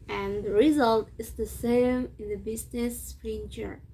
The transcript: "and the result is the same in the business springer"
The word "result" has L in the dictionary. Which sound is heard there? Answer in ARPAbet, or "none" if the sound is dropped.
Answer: L